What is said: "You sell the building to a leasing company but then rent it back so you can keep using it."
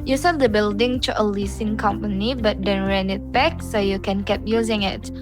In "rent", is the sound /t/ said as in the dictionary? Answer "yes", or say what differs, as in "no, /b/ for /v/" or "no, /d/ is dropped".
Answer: no, /t/ is dropped